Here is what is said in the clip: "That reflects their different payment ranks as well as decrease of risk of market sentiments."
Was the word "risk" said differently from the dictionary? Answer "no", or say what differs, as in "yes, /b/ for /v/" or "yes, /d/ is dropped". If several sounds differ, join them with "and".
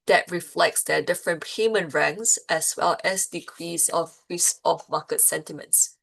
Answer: yes, /k/ is dropped